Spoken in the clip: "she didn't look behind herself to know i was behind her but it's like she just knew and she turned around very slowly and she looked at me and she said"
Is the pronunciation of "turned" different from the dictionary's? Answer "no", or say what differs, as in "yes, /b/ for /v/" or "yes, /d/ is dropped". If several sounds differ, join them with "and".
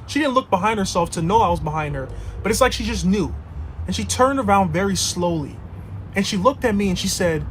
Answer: no